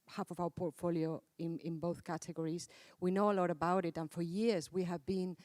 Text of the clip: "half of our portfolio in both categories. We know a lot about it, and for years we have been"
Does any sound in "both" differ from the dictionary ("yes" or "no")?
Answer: no